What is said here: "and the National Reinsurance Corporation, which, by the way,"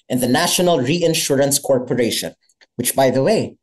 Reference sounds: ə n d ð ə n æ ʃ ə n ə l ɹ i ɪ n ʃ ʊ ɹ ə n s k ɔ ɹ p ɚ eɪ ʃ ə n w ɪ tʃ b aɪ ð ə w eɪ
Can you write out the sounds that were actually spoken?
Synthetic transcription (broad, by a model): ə n ð ə n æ ʃ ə n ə l ɹ i ɪ n ʃ ʊ ɹ ə n s k ɔ ɹ p ɚ eɪ ʃ ə n w ɪ tʃ b aɪ ð ə w eɪ